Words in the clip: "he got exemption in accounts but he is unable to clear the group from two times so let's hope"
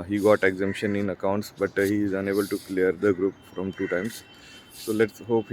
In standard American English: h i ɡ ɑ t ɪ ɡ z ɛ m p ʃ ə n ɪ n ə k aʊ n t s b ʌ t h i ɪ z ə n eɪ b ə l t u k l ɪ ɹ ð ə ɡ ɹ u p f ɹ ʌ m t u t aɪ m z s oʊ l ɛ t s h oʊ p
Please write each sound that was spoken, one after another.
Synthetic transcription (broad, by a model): h i ɡ ɑ t ɪ ɡ z ɛ m p ʃ ə n ɪ n ə k aʊ n t s b ʌ t h i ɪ z ə n eɪ b ə l t u k l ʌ ɹ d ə ɡ ɹ u p f ɹ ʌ m t u t aɪ m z s oʊ l ɛ t s h oʊ p